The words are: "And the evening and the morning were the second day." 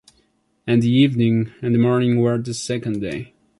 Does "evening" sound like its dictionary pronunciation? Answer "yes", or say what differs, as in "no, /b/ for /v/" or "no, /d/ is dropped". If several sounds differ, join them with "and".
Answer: yes